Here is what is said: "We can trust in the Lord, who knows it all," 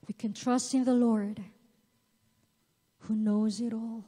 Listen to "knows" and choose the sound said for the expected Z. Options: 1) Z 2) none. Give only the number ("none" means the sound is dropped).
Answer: 1